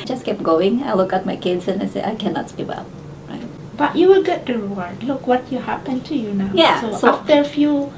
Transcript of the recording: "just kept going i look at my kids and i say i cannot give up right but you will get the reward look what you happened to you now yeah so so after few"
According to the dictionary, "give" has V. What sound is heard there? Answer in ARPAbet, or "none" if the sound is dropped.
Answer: W